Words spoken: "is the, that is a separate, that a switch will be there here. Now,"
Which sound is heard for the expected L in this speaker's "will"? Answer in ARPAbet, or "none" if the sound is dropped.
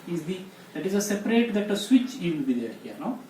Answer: N